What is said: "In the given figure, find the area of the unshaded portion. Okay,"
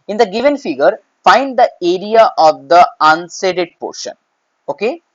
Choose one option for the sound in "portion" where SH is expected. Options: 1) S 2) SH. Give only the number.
2